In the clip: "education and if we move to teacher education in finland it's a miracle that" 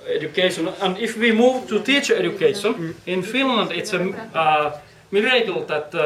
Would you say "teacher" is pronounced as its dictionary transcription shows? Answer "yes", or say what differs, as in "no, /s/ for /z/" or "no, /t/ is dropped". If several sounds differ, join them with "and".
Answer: yes